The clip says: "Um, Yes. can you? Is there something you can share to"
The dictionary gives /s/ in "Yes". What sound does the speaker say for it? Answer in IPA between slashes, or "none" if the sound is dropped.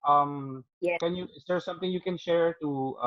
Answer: none